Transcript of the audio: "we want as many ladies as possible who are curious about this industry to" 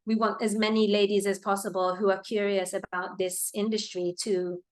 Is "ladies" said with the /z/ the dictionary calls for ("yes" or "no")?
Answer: yes